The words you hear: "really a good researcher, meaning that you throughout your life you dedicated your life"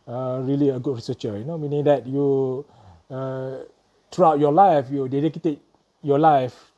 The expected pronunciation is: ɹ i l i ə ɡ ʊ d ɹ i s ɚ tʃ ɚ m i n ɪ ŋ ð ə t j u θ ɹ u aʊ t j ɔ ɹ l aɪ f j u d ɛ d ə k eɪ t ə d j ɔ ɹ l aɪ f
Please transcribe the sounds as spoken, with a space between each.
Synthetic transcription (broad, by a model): ɹ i l i ə ɡ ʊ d ɹ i s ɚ tʃ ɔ m i n ɪ ŋ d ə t j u t ɹ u aʊ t j ɔ l aɪ f j u d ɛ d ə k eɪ t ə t j ɔ l aɪ f